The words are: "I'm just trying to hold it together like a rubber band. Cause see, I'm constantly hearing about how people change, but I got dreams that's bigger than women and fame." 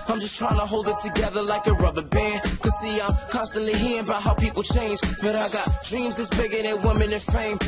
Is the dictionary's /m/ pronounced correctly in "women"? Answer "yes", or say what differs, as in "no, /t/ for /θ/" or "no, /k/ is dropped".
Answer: yes